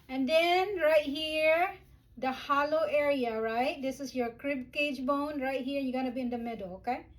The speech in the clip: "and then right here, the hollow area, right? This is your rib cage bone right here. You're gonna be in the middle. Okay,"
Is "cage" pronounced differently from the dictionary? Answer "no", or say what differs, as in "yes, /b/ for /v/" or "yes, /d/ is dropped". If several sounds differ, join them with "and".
no